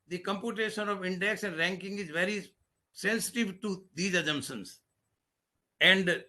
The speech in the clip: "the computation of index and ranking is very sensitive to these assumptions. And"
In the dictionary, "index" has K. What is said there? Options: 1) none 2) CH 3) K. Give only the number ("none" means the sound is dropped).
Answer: 3